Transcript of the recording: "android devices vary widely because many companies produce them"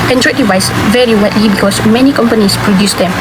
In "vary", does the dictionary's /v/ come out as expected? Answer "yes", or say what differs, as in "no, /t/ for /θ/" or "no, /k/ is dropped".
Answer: yes